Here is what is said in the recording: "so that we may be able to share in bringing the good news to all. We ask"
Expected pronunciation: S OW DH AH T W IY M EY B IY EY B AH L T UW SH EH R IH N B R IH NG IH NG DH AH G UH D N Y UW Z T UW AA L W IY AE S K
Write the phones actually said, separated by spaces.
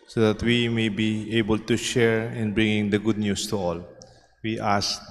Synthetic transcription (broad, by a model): S OW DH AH T W IY M EY B IY EY B AH L T UW SH EH R IH N B R IH NG IH NG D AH G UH D N Y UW S T UW AA L W IY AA S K